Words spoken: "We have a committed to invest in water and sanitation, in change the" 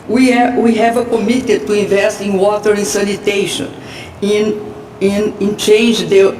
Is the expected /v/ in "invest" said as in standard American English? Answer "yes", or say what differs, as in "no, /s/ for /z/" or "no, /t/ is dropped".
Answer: yes